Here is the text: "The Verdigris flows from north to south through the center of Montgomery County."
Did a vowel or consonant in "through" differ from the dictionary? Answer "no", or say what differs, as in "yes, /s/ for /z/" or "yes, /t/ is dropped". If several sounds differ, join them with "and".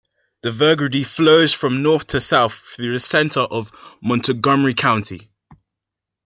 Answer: no